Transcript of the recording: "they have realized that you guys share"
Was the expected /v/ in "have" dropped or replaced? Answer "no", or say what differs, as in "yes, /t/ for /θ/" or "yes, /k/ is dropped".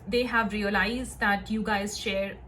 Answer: no